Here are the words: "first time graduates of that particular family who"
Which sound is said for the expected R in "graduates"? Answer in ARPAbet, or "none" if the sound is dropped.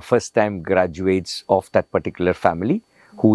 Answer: R